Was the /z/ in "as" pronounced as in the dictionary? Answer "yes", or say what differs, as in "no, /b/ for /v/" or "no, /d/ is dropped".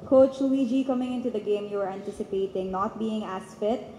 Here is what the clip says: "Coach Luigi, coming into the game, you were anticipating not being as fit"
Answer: no, /s/ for /z/